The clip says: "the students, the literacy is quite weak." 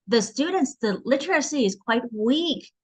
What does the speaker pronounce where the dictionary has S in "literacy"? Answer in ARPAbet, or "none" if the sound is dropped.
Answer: S